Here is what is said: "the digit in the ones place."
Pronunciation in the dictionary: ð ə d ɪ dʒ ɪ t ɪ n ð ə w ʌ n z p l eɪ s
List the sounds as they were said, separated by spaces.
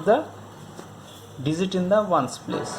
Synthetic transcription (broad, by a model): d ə d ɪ z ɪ t ɪ n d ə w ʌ n s p l eɪ s